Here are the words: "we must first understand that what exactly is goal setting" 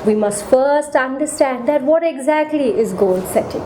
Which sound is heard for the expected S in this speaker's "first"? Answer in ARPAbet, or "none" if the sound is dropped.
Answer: S